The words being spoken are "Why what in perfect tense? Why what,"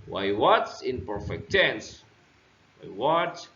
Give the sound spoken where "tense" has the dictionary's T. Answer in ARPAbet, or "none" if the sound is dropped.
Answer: S